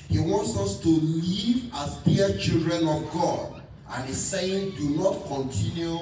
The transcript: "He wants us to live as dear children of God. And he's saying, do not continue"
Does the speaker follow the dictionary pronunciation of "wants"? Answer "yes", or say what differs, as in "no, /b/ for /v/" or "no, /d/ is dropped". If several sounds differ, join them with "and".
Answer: yes